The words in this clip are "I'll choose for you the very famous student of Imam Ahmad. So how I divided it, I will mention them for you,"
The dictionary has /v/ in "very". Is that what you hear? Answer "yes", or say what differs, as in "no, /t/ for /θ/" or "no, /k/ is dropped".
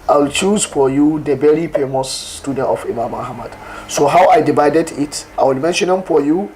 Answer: no, /b/ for /v/